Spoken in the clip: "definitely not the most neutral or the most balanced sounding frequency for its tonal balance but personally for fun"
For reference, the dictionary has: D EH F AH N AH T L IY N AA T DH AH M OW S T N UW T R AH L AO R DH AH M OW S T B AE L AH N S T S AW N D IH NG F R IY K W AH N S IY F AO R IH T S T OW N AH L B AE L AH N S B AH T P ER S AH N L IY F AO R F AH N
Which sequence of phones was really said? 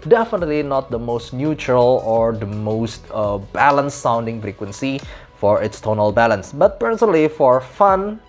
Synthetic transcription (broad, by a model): D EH F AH N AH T L IY N AA T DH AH M OW S T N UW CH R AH L AO R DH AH M OW S T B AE L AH N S S AW N D IH NG F R IY K W AH N S IY F AO R IH T S T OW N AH L B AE L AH N S B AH T P ER S AH N L IY F AO R F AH N